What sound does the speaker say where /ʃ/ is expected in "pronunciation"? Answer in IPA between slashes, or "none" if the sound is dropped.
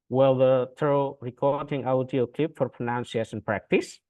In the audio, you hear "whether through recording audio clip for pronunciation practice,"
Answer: /s/